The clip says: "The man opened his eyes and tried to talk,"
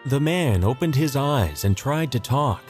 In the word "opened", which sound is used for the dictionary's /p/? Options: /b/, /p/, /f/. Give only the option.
/p/